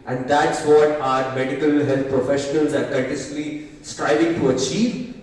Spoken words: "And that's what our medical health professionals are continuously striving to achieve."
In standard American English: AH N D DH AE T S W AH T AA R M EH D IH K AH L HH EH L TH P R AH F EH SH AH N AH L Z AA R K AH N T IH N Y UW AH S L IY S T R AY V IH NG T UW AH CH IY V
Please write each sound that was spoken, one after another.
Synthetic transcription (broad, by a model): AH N D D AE T S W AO T AA R M EH D IH K AH L HH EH L T P R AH F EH SH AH N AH L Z AA R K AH T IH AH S L IY S T R AY V IH NG T UW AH CH IY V